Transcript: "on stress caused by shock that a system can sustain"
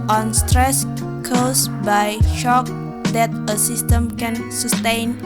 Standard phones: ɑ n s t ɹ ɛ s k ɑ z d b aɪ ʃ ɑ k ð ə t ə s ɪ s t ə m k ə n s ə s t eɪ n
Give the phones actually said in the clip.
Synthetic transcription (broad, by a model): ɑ n s t ɹ ɛ s k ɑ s b aɪ ʃ ɑ k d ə t ə s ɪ s t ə m k ə n s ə s t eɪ n